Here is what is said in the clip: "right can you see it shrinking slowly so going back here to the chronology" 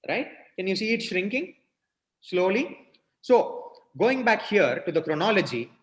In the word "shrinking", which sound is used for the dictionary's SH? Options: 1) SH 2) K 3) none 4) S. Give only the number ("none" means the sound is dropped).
1